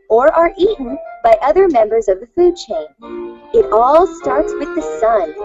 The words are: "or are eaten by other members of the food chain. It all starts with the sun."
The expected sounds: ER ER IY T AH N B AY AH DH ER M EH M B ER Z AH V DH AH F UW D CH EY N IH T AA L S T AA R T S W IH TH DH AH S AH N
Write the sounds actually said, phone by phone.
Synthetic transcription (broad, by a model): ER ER IY T N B AY AH DH ER M EH M B ER Z AH V DH AH F UW D CH EY N IH T AA L S T AA R T S W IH DH AH S AH N